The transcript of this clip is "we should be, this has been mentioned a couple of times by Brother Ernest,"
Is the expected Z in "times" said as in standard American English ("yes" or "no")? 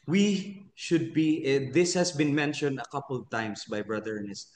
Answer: no